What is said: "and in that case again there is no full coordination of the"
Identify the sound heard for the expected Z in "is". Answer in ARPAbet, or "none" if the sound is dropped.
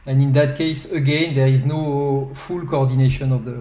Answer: Z